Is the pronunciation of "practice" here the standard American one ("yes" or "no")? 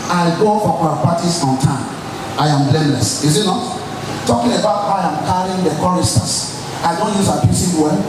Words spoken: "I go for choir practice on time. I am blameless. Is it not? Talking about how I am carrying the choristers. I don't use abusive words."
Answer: no